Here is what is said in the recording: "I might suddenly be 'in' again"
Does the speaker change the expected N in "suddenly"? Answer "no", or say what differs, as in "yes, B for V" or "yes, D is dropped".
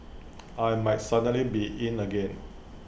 yes, N is dropped